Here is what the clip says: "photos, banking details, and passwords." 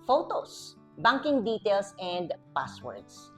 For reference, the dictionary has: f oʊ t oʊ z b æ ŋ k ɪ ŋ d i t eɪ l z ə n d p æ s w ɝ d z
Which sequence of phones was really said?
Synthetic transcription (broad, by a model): f oʊ t oʊ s b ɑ ŋ k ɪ ŋ d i t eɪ l s ə n d p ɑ s w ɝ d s